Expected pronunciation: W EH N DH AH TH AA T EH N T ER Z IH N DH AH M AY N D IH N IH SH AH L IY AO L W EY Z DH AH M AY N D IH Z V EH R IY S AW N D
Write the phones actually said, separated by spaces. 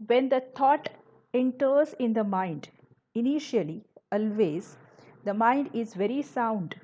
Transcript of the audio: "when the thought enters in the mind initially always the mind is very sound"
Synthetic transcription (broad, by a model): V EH N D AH T AA T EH N T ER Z IH N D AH M AY N D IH N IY SH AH L IY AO L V EY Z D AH M AY N D IH Z V EH R IY S AW N D